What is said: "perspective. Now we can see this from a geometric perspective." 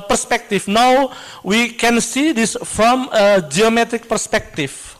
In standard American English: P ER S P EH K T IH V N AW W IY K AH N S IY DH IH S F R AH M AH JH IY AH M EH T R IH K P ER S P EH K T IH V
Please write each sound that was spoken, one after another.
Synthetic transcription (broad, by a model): P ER S P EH K T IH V N AW W IY K AH N S IY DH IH S F R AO M AH JH IY AH M EH T R IH K P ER S P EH K T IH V